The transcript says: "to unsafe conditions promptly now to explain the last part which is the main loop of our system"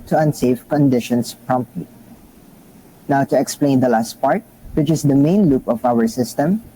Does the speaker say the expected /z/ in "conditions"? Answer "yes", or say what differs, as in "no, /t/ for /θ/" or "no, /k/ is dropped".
no, /s/ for /z/